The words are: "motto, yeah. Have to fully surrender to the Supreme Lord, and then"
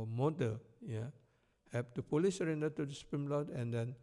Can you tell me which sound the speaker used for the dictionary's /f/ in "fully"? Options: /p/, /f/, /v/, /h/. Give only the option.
/p/